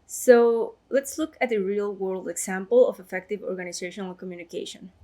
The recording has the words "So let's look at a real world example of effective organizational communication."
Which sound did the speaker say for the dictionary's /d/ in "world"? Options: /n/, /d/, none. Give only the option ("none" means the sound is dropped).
/d/